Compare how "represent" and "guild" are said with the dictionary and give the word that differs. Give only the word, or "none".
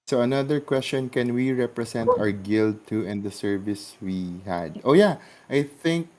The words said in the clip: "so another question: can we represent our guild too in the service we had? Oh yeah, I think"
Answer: represent